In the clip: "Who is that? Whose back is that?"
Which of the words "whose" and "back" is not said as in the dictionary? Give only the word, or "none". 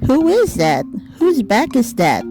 none